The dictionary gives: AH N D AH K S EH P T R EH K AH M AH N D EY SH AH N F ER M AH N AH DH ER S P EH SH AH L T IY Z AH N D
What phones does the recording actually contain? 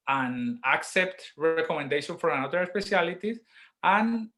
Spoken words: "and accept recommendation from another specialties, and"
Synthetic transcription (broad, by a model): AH N AH K S EH P T R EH K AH M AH N D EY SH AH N F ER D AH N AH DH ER S P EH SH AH L T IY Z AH N